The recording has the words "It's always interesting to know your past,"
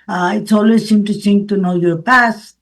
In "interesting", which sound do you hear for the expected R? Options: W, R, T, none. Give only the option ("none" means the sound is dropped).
none